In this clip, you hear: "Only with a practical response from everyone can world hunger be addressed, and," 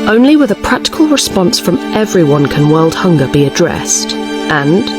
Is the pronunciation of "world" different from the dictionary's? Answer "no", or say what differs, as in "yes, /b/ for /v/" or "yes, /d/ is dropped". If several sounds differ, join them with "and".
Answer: no